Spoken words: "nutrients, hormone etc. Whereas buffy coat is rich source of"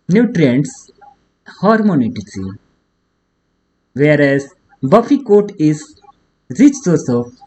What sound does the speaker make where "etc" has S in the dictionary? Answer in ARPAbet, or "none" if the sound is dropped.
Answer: none